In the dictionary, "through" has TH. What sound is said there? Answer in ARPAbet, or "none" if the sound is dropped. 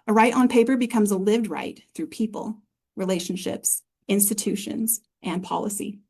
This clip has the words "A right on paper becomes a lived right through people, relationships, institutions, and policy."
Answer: TH